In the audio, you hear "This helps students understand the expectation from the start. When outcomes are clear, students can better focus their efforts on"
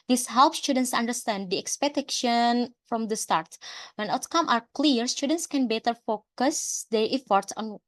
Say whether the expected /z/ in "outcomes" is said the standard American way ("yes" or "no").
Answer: no